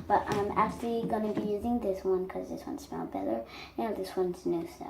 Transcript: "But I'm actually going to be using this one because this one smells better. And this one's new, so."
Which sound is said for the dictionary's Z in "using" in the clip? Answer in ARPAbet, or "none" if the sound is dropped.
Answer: Z